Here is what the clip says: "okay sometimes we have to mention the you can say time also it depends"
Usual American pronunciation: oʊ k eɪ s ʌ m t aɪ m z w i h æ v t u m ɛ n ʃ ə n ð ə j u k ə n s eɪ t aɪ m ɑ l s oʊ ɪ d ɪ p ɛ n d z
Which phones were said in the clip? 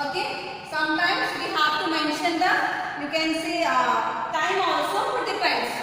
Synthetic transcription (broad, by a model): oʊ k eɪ s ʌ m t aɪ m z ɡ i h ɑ p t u m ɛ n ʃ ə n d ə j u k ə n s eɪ t aɪ m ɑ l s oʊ ɪ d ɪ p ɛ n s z